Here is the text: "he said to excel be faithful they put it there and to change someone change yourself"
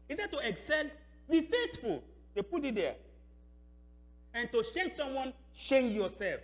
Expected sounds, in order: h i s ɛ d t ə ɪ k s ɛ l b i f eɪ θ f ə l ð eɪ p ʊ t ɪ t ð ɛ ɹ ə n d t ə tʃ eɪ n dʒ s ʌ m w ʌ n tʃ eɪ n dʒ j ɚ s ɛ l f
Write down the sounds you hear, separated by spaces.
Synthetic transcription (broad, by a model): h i s ɛ d t ə ɪ k s ɛ l b i f eɪ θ f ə l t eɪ p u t ɪ t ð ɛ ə n t ə ʃ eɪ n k s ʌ m w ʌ n ʃ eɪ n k j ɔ s ɛ l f